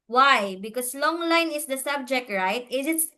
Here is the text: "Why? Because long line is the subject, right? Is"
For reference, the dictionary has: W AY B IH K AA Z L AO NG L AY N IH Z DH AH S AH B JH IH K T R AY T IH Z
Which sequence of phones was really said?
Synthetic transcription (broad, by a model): W AY B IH K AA S L AO NG L AY N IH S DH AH S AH B JH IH K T R AY T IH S